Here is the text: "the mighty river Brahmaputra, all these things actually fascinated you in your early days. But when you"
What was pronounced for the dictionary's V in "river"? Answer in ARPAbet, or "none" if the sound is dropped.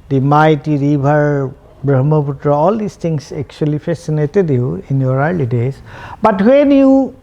B